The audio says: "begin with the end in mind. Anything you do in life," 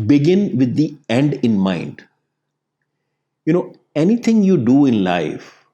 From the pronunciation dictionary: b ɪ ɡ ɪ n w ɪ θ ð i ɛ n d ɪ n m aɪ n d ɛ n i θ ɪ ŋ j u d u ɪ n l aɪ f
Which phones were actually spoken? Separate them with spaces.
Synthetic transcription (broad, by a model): b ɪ ɡ ɪ n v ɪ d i ɛ n d ɪ n m aɪ n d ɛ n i t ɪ ŋ j u d u ɪ n l aɪ f